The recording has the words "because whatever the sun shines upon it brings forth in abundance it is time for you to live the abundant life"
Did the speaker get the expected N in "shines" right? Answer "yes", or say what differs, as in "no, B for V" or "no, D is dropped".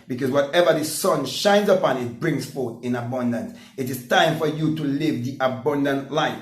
yes